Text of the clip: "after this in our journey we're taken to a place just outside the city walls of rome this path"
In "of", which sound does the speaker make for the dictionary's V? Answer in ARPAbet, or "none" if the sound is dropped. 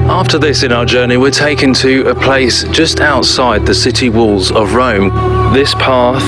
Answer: V